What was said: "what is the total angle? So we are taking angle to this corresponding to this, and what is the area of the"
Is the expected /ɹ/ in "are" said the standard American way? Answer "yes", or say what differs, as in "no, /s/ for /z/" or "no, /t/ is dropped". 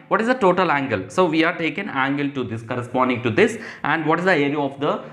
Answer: yes